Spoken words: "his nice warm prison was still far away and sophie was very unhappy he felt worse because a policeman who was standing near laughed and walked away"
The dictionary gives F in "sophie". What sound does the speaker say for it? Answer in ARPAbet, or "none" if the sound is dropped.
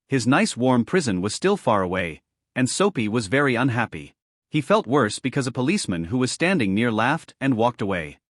P